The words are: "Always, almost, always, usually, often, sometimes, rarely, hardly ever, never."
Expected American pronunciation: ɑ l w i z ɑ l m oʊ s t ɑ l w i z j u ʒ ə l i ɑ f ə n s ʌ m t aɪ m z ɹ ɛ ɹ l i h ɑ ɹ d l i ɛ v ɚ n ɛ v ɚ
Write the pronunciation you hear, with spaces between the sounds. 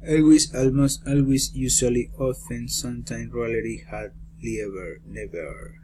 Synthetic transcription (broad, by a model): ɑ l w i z ɑ l m oʊ s t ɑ l w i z j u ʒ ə l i ɑ f ə n s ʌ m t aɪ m ɹ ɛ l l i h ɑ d l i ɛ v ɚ n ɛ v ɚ